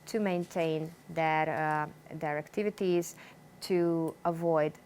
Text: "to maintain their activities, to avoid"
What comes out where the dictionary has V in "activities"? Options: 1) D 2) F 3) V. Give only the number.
3